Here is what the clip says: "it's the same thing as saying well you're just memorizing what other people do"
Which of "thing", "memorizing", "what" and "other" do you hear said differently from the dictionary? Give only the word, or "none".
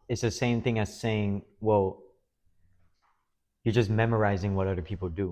none